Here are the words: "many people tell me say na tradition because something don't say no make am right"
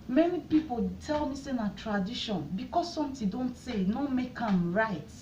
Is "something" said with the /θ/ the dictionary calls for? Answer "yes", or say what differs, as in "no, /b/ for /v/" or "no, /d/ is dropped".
no, /t/ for /θ/